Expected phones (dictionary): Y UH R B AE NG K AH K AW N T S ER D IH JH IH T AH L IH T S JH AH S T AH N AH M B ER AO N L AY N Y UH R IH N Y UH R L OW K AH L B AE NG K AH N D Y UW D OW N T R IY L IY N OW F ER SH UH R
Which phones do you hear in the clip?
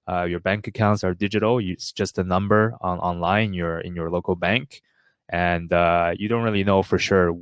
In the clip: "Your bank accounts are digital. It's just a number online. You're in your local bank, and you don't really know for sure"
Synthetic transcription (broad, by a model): Y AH R B AE NG K AH K AW N T S ER D IH JH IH T L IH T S JH AH S T AH N AH M B ER AO N L AY N Y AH R IH N Y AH R L OW K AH L B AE NG K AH N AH Y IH D OW N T R IY L IY N OW F ER SH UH R